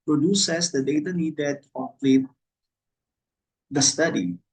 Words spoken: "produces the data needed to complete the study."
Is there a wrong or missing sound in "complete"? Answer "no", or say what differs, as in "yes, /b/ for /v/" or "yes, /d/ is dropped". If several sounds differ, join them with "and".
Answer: yes, /m/ is dropped